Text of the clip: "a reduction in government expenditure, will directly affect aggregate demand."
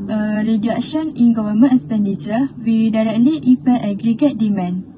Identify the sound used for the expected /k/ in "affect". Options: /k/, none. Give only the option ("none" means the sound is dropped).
none